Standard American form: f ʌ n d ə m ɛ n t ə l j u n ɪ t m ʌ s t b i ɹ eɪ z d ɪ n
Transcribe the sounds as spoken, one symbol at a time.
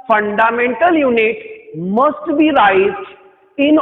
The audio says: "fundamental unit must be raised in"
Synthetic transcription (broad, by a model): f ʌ n d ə m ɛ n t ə l j u n ɪ t m ʌ s t b i ɹ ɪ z ɪ n